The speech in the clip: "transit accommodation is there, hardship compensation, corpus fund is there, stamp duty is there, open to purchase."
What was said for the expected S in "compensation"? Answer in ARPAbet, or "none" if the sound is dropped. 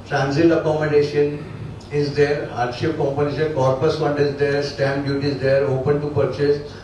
none